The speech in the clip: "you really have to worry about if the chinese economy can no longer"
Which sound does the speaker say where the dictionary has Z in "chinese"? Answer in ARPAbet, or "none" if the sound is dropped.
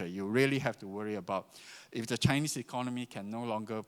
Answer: S